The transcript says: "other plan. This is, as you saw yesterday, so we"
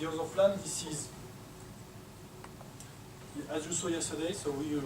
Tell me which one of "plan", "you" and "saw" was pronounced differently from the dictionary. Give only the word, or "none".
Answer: plan